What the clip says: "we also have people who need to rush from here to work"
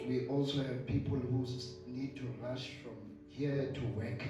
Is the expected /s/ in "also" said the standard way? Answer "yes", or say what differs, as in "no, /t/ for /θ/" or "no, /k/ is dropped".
yes